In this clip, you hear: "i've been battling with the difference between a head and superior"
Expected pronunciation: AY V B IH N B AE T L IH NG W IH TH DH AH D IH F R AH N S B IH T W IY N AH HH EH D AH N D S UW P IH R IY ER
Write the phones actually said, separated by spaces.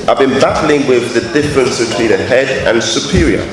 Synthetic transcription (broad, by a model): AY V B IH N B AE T L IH NG W IH DH AH D IH F R AH N S B IH T W IY N AH HH EH D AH N S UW P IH R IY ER